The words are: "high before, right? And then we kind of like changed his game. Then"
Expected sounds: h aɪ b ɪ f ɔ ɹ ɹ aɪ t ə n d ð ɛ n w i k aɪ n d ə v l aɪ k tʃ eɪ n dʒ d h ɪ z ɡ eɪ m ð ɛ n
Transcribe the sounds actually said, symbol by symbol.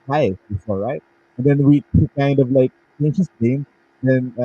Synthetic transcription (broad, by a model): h aɪ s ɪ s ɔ l ɹ aɪ t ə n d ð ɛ n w i k aɪ n d ə v l aɪ k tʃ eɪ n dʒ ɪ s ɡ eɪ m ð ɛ n